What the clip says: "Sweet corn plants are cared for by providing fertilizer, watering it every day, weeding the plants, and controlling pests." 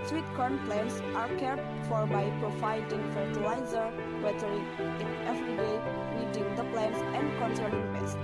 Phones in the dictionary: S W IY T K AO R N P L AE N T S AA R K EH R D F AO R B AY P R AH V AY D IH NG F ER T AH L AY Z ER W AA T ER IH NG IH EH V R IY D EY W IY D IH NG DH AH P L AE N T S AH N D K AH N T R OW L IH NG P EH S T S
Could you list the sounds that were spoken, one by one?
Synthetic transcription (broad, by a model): S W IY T K AO R N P L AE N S AA R K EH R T F AO R B AY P R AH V AY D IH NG F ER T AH L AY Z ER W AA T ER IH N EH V R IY D EY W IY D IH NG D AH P L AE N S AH N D K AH N S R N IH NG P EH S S